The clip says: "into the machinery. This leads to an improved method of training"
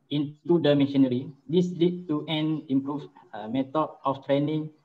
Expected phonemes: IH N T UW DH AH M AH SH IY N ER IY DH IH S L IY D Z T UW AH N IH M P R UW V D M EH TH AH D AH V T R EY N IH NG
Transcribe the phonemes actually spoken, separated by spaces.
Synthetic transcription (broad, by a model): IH N T UW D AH M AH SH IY N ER IY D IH S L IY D T UW AH N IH M P R UW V M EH T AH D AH F T R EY N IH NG